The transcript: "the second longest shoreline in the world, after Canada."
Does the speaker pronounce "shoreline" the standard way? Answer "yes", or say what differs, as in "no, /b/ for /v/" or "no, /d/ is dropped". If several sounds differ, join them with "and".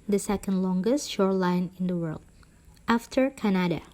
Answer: yes